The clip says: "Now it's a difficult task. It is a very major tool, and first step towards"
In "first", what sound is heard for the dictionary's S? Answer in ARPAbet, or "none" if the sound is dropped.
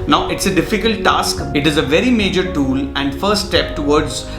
none